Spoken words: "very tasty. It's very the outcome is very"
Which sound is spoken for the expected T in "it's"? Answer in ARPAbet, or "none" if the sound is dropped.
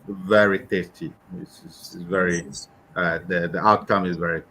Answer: S